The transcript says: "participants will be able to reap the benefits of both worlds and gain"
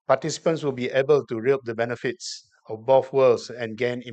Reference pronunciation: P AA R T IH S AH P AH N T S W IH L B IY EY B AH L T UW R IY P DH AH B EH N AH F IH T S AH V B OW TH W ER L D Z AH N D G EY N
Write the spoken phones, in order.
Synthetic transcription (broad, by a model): P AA T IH S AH P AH N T S W IH L B IY EY B AH L T UW R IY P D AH B EH N AH F IH T S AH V B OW F W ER L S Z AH N G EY N